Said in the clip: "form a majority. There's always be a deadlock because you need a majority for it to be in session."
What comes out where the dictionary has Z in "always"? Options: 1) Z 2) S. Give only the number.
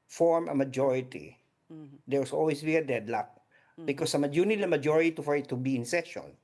2